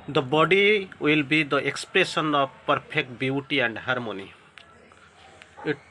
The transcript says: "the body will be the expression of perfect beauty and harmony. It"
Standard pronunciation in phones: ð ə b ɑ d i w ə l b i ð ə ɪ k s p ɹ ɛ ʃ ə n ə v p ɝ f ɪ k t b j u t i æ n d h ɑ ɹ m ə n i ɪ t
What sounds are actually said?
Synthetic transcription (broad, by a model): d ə b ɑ d i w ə l b i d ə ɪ k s p ɹ ɛ s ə n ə p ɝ p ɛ k t b j u t i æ n d h ɑ ɹ m ə n i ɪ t